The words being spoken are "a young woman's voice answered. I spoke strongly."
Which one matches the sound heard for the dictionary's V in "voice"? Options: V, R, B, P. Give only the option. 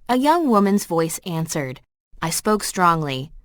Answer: V